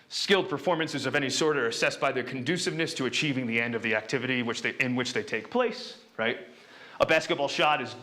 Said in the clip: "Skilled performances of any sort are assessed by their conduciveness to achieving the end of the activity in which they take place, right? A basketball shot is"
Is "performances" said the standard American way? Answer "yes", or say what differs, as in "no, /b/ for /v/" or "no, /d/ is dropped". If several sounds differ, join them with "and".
yes